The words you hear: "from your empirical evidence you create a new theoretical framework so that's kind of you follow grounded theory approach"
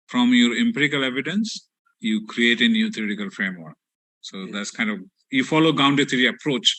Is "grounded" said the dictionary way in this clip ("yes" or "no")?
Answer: no